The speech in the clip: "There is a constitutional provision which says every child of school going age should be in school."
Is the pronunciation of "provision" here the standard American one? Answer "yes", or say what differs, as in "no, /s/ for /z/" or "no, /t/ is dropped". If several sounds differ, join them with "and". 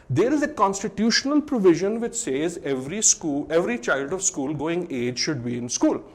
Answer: yes